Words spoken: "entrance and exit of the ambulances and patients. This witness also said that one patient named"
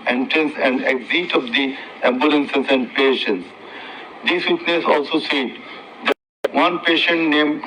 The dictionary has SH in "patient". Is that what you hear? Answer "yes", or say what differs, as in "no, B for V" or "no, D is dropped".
yes